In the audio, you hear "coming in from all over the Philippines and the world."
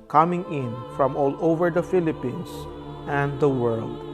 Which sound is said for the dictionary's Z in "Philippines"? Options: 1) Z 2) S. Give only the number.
2